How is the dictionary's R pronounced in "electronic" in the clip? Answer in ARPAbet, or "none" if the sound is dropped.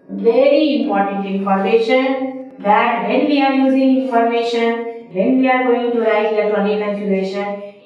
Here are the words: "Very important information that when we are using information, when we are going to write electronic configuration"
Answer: none